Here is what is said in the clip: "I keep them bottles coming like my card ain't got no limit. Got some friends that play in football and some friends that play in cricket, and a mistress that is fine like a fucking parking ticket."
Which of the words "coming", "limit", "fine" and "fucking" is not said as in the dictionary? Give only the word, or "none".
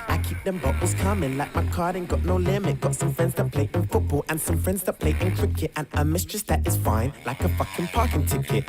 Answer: none